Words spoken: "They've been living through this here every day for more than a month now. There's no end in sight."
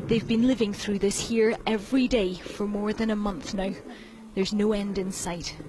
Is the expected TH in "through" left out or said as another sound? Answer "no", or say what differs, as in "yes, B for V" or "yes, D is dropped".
no